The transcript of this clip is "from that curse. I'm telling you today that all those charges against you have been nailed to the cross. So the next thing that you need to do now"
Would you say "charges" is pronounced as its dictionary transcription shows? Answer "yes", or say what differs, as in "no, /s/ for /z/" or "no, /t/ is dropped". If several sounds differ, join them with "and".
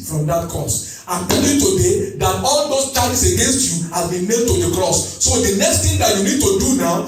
no, /s/ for /z/